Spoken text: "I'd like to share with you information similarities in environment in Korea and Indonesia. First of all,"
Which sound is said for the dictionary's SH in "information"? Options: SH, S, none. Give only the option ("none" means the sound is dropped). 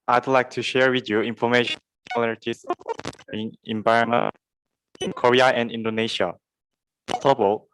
none